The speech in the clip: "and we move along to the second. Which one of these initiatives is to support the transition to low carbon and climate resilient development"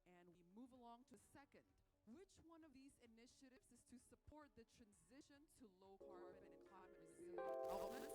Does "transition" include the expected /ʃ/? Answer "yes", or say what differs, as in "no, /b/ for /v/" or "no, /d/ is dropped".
yes